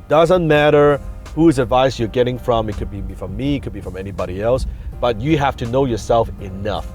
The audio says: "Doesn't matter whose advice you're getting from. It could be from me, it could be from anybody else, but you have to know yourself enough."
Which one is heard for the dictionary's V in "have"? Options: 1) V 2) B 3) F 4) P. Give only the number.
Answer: 3